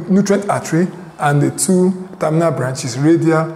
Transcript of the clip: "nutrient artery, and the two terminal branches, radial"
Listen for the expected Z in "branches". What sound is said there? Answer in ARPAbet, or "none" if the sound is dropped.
S